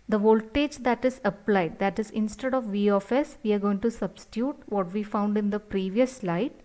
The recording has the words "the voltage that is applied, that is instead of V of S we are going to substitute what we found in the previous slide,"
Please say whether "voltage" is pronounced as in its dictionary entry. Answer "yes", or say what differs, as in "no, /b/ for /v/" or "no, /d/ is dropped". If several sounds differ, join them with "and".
yes